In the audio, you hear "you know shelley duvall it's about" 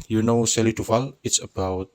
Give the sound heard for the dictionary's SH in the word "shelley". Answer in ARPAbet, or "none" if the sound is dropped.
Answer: S